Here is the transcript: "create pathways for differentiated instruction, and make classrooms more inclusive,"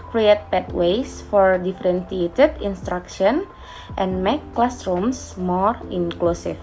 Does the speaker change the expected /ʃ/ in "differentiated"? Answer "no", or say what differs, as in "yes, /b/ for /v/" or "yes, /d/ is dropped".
yes, /s/ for /ʃ/